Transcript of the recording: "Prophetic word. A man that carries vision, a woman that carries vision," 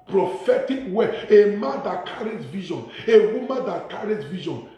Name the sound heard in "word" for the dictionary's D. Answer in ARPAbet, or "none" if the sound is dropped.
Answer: none